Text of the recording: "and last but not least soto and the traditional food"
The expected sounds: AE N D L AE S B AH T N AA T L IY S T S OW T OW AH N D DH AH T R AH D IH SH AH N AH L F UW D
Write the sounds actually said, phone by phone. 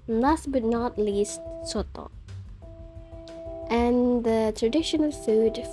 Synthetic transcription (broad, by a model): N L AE S B AH T N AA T L IY S T S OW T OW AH N DH AH T R AH D IH SH AH N AH L F UW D